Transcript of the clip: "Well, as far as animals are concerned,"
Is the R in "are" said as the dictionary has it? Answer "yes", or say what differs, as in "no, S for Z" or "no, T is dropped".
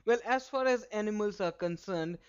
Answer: yes